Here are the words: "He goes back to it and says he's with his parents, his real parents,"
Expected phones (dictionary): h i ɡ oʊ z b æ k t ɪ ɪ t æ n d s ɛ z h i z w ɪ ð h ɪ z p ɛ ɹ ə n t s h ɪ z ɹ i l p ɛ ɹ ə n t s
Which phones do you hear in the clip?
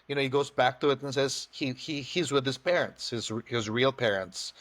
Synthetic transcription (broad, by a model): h i ɡ oʊ z b æ k t ɪ ɪ t n s ɛ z h i z w ɪ ð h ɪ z p ɛ ɹ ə n t s h ɪ z ɹ i l p ɛ ɹ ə n t s